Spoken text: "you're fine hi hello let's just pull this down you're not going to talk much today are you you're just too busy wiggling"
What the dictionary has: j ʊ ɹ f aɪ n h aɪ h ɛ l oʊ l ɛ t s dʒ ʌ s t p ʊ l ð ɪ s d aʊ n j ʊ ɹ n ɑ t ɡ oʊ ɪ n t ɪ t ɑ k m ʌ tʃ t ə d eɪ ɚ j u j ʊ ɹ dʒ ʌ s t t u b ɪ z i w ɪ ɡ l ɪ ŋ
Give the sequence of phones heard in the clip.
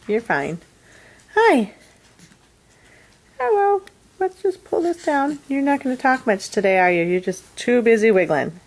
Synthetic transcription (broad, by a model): j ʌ ɹ f aɪ n h aɪ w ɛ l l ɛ t s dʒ ʌ s p ʊ l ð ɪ s d aʊ n j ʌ ɹ n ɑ t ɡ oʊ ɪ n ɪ t ɑ k m ʌ tʃ t ə d eɪ ɚ j u j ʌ ɹ dʒ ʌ s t t u b ɪ z i w ɪ ɡ l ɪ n